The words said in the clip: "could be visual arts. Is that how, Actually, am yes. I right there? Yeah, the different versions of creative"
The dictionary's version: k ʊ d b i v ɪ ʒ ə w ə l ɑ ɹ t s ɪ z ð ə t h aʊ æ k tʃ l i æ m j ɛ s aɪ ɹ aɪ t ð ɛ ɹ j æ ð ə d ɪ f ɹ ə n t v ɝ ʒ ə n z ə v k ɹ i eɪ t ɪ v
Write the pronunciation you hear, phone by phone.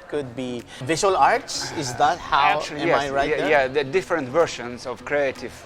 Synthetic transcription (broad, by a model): k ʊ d b i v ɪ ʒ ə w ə l ɑ ɹ t s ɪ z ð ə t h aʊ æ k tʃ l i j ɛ aɪ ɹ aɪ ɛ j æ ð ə d ɪ f ɹ ə n t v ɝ ʃ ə n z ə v k ɹ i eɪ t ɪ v